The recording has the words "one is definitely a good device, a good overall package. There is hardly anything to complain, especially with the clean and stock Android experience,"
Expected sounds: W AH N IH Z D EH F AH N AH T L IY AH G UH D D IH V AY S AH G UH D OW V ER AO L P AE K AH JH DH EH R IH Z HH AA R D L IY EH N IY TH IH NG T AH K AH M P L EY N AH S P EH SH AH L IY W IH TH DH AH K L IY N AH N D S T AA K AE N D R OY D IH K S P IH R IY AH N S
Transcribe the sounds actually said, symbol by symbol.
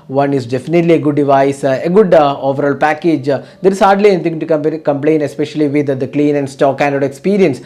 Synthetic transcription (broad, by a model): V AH N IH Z D EH F AH N AH T L IY AH G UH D D IH V AY S AH G UH D OW V ER AO L P AE K AH JH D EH R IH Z HH AA R D L IY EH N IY T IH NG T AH K AH M P L EY N AH S P EH SH AH L IY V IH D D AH K L IY N AH N D S T AA K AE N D OY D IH K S P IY R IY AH N S